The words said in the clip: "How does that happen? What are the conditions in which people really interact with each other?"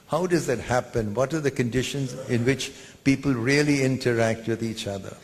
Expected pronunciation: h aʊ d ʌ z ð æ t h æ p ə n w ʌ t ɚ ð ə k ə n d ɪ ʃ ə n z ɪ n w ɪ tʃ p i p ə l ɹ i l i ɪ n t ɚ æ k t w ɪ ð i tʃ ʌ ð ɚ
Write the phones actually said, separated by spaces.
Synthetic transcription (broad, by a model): h aʊ d ʌ z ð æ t h æ p ə n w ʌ t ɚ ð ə k ə n d ɪ ʃ ə n z ɪ n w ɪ tʃ p i p ə l ɹ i l i ɪ n t ɚ æ k t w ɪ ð i tʃ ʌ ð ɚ